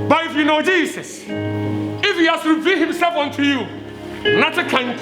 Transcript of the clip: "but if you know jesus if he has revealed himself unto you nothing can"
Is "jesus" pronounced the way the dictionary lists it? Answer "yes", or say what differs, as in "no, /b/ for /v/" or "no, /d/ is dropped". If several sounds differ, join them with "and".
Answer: no, /s/ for /z/